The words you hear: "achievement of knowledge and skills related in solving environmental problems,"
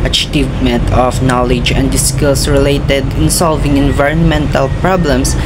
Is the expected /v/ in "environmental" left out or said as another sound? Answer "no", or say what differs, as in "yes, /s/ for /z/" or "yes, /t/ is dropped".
no